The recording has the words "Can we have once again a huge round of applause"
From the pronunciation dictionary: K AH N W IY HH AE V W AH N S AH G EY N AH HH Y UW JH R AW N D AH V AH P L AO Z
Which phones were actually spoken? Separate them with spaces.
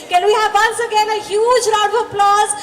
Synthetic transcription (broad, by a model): K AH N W IY HH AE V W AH N S AH G EY N AH HH Y UW JH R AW D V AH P L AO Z